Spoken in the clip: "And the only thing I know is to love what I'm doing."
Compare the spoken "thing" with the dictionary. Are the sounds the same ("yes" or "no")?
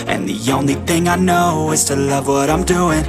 yes